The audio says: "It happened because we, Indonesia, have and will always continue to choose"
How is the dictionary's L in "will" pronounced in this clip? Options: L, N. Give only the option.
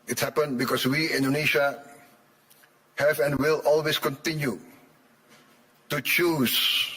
L